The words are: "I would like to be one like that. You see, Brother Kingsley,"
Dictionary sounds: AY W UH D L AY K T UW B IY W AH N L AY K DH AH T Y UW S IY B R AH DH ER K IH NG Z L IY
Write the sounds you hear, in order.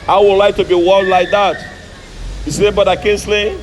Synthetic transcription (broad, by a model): AY W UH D L AY K T UW B IY W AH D L AY K DH AH T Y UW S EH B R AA IH K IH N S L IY